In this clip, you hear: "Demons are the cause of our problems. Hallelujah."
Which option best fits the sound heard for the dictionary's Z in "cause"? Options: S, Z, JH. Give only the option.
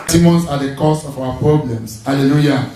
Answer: S